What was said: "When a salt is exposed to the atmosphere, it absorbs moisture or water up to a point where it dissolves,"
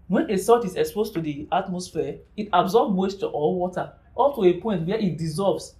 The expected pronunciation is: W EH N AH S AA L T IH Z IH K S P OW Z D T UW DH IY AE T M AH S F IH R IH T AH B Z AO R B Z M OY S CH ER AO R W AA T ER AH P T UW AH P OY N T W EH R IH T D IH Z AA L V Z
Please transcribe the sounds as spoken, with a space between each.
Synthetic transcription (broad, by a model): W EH N AH S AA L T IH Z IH K S P OW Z T UW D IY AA T M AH S F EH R IH T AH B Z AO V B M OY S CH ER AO L W AA T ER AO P T UW AH P OY N T W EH IH T D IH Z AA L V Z